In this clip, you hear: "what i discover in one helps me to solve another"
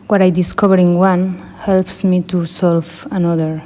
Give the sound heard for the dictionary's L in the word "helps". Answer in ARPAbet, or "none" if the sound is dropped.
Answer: L